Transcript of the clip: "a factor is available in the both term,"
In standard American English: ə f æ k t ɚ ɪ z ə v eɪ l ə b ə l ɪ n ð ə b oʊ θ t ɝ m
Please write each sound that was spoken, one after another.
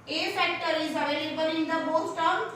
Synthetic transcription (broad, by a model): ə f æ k t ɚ ɪ z ə v eɪ l ə b ə l ɪ n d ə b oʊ s t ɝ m